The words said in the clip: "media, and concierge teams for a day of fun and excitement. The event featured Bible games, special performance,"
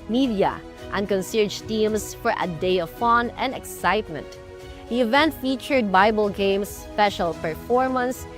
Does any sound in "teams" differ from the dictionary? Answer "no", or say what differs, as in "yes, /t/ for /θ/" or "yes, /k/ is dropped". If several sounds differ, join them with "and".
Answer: yes, /s/ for /z/